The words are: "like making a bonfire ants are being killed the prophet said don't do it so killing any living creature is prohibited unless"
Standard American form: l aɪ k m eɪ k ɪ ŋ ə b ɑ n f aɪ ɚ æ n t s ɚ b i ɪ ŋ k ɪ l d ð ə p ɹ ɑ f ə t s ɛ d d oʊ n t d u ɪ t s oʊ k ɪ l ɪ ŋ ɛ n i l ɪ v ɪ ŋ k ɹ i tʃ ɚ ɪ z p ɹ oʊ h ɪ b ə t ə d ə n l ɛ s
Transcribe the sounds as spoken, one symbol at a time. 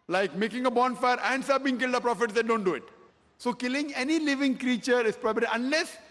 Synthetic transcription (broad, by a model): l aɪ k m eɪ k ɪ ŋ ə b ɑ n f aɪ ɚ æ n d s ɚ b i ɪ ŋ k ɪ l d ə p ɹ ɑ f ə t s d d oʊ n t d u ɪ t s oʊ k ɪ l ɪ ŋ ɛ n i l ɪ v ɪ ŋ k ɹ i tʃ ɚ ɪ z p ɹ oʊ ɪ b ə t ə ə n l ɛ s